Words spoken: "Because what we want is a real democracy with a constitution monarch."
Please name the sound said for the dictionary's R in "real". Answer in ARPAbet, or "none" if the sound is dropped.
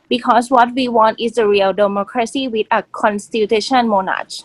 R